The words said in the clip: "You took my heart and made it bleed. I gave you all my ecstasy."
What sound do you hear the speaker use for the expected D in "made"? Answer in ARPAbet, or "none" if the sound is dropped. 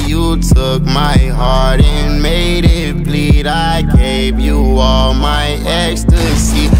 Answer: D